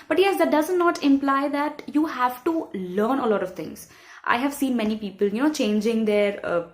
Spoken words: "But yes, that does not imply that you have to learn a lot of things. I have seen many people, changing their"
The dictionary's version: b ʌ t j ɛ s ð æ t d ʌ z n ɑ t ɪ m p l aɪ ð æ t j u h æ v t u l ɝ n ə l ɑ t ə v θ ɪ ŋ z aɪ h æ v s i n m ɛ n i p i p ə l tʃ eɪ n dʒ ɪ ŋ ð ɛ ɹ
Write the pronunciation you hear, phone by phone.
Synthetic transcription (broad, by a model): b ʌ t j ɛ s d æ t d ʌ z n ɑ t ɪ m p l aɪ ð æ t j u h æ v t u l ɝ n ə l ɑ t ə v t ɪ ŋ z aɪ h æ v s i n m ɛ n i p i p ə l tʃ eɪ n dʒ ɪ ŋ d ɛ ɹ